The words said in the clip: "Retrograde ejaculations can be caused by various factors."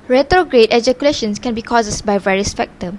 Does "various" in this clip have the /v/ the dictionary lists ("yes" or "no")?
yes